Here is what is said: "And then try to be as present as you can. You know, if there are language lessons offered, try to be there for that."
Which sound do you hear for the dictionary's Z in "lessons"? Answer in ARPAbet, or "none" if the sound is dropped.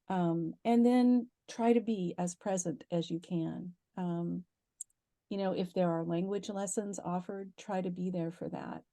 Z